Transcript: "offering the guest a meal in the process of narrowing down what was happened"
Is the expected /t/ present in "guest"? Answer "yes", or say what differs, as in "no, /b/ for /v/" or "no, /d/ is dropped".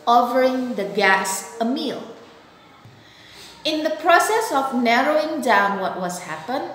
no, /t/ is dropped